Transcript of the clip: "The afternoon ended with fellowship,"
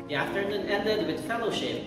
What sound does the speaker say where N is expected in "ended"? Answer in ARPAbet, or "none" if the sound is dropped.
none